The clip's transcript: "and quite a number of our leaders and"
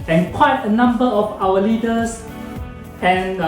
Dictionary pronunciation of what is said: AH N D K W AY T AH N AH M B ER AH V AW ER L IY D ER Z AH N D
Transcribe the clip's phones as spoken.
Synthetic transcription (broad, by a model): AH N K W AY T AH N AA M B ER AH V AW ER L IY D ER S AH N